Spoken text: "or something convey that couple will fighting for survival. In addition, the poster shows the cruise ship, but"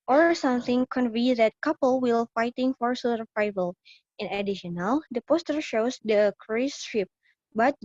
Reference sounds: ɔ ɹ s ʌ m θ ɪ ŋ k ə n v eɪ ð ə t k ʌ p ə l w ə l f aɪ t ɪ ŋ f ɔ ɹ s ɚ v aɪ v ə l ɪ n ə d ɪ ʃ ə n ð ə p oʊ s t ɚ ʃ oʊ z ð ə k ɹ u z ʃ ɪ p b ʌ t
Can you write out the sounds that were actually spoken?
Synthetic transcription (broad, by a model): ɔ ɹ s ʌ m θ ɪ ŋ k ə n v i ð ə t k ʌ p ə l w ə l f aɪ t ɪ ŋ f ɔ ɹ s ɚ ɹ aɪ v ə l ɪ n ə d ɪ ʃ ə n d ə p oʊ s t ɚ ʃ oʊ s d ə k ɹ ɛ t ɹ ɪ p b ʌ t